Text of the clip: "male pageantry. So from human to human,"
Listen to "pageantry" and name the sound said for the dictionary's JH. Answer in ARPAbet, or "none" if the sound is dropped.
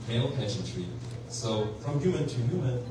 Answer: SH